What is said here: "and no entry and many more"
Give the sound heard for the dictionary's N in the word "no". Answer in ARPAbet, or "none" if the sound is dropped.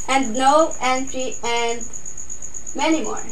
L